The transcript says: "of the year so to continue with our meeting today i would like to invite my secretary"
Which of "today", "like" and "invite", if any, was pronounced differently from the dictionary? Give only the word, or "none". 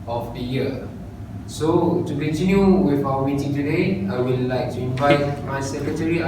none